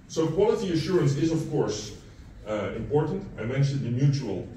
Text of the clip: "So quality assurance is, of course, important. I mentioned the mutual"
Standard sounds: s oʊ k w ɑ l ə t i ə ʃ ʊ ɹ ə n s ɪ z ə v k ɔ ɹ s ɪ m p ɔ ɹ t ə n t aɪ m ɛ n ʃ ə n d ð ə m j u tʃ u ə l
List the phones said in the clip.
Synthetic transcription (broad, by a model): s oʊ k w ɑ l ə t i ə ʃ ʊ ɹ ə n s ɪ z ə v k ɔ ɹ s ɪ m p ɔ ɹ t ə n t aɪ m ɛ n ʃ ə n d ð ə m j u tʃ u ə l